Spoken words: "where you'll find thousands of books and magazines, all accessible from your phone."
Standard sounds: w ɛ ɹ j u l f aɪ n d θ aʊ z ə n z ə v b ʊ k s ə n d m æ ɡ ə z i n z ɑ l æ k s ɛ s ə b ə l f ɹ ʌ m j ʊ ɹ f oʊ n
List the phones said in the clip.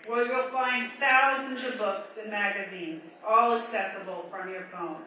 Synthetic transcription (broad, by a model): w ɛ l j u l f aɪ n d θ aʊ z ə n z ə v b ʊ k s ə n m æ ɡ ə z i n z ɑ l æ k s ɛ s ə b l f ɹ ʌ m j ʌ ɹ f oʊ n